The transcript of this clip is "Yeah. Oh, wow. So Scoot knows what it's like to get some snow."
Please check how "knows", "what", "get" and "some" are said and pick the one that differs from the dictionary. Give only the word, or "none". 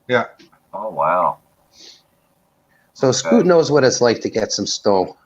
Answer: none